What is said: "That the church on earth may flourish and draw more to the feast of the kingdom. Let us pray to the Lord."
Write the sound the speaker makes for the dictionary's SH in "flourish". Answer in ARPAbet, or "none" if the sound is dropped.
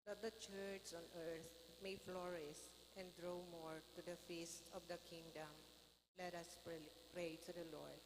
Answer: S